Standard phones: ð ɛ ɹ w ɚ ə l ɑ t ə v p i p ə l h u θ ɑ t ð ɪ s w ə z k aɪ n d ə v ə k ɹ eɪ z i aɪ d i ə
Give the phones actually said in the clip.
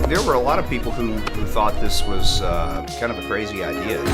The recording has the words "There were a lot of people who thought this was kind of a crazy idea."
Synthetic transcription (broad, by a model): ð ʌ ɹ w ɚ ə l ɑ t ə v p i p l h u θ ɑ t ð ɪ s w ə z k aɪ n d ə v ə k ɹ eɪ z i aɪ d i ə